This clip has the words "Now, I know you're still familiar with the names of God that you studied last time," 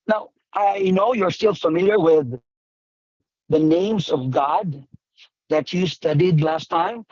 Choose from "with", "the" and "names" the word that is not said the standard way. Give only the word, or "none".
none